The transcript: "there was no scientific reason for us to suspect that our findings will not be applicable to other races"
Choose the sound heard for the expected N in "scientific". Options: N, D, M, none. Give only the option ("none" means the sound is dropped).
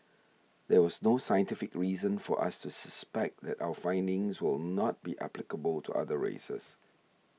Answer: N